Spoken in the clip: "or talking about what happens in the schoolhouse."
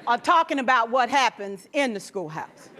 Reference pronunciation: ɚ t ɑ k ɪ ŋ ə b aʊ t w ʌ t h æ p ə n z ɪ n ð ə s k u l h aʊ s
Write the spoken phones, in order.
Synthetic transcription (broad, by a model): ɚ t ɑ k ɪ ŋ ə b aʊ t w ʌ t h æ p ə n z ɪ n ð ə s k u l h aʊ s